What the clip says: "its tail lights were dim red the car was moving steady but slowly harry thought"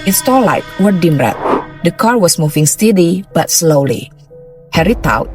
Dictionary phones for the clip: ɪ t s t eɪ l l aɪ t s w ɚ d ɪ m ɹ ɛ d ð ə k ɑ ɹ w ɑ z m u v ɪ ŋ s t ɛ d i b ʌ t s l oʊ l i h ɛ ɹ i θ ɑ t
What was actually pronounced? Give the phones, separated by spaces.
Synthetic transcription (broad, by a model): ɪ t s t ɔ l l aɪ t w ɚ d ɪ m ɹ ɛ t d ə k ɑ ɹ w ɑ s m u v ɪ ŋ s t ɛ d i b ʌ t s l oʊ l i h ɛ ɹ i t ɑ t